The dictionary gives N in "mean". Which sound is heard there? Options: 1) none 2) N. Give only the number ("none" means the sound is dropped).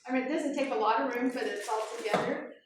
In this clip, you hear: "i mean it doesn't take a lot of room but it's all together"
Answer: 1